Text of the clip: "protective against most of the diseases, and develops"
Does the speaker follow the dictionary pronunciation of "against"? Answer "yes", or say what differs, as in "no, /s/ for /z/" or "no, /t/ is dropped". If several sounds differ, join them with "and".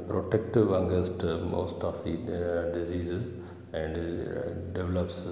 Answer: no, /n/ is dropped